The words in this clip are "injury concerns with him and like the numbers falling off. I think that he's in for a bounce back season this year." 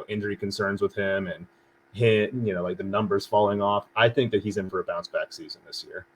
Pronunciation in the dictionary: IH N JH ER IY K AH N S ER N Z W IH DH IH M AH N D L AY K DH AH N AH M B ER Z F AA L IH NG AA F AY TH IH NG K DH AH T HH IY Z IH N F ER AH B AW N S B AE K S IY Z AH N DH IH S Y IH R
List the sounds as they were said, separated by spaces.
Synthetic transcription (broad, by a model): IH N JH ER IY K AH N S ER N Z W IH DH IH M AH N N L AY K DH AH N AH M B ER Z F AA L IH NG AA F AY TH IH NG K DH AH T HH IY Z IH N F ER AH B AW N S B AE K S IY Z AH N DH IH S Y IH R